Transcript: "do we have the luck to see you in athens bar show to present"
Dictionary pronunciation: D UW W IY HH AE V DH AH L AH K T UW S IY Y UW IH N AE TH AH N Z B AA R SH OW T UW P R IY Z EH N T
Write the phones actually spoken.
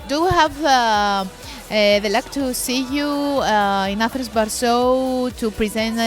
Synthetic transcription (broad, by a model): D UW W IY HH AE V DH AH L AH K T UW S IY Y UW IH N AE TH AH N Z B AA R S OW T UW P R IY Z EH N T